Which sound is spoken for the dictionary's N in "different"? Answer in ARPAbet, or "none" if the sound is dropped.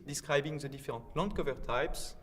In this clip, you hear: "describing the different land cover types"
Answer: none